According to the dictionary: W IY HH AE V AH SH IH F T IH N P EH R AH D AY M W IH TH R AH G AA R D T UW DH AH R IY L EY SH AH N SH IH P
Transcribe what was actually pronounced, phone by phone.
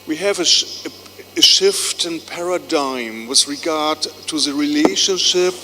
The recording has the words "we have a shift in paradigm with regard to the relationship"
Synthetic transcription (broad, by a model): W IY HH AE V AH SH IH F T IH N P EH R AH D AY M W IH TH R AH G AA R D T UW DH AH R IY L EY SH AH N SH IH P